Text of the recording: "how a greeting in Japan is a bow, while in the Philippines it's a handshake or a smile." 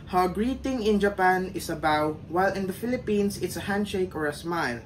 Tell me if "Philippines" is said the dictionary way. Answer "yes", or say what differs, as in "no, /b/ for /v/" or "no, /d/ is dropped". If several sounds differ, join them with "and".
no, /s/ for /z/